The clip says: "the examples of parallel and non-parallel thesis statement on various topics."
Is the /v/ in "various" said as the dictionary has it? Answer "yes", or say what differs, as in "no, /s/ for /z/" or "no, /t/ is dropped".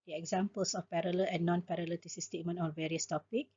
yes